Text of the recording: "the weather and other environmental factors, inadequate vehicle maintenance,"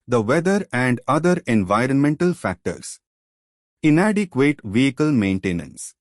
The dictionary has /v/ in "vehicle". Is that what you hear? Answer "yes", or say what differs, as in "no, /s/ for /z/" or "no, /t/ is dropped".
yes